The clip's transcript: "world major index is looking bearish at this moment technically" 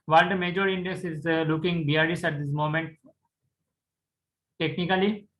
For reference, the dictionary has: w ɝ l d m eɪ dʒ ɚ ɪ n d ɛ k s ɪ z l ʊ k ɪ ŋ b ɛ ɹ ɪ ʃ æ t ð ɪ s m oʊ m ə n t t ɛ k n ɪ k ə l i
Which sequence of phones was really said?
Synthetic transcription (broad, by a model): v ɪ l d m eɪ dʒ ɚ ɪ n d ɛ k s ɪ z l ʊ k ɪ ŋ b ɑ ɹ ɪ s æ t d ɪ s m oʊ m ə n t t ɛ k n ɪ k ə l i